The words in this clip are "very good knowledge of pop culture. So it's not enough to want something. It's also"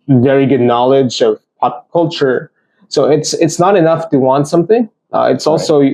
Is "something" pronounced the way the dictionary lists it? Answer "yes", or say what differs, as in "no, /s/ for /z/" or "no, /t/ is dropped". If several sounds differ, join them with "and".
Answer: yes